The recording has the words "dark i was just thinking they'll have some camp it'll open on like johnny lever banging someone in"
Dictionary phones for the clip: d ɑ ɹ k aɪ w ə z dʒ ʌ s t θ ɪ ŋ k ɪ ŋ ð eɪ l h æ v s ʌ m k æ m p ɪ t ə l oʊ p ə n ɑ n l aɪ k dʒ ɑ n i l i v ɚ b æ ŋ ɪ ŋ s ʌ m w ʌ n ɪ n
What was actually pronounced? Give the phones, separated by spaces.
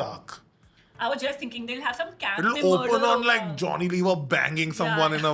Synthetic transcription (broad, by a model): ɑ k aɪ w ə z dʒ ʌ s t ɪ ŋ k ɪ ŋ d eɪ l h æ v s ʌ m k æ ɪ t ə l oʊ ə n ɑ n l aɪ k dʒ ɑ n i l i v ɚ b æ ŋ ɪ ŋ s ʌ m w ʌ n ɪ n